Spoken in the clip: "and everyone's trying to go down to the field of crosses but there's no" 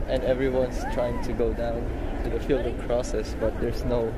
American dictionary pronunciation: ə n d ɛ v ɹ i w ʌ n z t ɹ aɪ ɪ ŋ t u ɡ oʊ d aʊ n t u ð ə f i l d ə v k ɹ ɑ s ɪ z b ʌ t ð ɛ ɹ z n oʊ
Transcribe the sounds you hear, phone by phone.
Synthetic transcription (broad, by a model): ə n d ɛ v ɹ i w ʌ n s t ɹ aɪ ɪ ŋ t u ɡ oʊ d aʊ n t u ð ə f i l d ə v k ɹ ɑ s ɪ s b ʌ t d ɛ ɹ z n oʊ